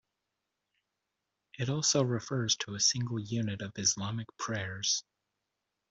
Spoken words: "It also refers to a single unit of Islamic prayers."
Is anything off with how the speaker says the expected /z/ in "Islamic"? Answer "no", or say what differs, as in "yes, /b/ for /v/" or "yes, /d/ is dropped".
no